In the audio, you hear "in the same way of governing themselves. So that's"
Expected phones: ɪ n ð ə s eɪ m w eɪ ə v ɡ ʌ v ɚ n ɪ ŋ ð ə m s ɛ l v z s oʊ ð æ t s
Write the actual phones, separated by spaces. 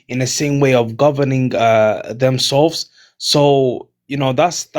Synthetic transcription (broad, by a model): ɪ n ð ə s eɪ m w eɪ ə v ɡ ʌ v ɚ n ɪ ŋ ð ə m s ɛ l v z s oʊ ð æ t s